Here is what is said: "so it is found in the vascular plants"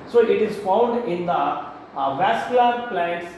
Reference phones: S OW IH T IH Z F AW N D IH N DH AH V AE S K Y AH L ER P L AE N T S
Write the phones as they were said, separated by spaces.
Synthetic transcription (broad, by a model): S OW IH T IH Z F AW N D IH N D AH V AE S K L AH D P L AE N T S